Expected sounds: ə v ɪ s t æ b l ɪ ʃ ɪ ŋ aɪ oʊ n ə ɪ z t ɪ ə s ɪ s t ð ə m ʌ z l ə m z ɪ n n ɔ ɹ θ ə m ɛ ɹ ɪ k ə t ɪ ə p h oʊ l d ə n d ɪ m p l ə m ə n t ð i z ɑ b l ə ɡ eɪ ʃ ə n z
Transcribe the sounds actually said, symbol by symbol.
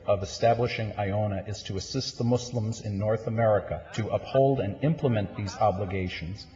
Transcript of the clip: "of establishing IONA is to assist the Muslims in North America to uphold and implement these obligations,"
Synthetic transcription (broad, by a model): ə v ɪ s t æ b l ɪ ʃ ɪ ŋ aɪ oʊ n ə ɪ z t ɪ ə s ɪ s t ð ə m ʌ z l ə m z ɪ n n ɔ ɹ θ ə m ɛ ɹ ɪ k ə t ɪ ə p h oʊ l d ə n ɪ m p l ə m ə n ð i z ɑ b l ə ɡ eɪ ʃ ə n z